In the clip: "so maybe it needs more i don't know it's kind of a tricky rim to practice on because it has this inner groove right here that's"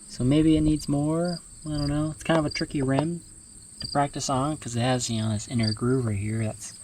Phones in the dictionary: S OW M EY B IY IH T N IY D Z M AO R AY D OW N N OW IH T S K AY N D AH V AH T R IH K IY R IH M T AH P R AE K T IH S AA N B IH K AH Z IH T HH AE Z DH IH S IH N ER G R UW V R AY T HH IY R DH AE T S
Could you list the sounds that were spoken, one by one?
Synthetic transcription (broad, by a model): S OW M EY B IY IH T N IY D Z M AO R AY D OW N N OW IH T S K AY N D AH V AH T R IH K IY R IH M T AH P R AE K T IH S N K AH Z IH T HH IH Z DH IH S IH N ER G R UW V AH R HH IY R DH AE T S